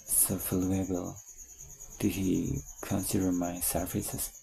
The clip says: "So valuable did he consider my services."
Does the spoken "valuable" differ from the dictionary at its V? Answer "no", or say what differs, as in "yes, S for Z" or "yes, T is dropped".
yes, F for V